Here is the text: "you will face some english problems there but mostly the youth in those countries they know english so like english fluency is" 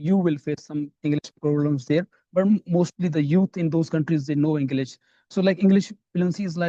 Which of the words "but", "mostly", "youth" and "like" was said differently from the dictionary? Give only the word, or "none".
youth